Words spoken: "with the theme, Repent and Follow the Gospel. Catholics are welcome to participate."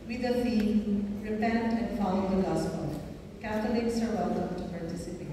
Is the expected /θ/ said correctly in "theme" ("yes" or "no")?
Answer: no